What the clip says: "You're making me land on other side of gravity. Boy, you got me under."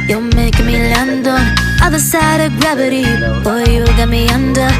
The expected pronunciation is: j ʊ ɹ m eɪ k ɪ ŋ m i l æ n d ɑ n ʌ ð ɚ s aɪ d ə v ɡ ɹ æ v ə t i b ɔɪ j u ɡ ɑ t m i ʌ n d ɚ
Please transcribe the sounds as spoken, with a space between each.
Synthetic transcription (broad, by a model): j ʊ m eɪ ɪ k m i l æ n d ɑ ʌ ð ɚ s aɪ d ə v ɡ ɹ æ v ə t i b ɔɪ j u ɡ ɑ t m i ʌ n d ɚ